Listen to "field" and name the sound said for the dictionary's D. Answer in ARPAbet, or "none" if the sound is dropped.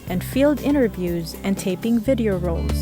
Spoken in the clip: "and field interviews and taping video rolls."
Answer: D